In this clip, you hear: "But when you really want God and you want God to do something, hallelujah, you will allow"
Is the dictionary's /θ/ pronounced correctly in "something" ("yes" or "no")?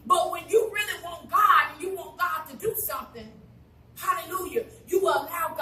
yes